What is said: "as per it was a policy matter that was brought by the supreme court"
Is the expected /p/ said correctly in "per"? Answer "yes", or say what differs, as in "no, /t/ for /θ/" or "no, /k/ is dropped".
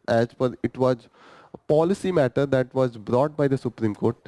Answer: no, /f/ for /p/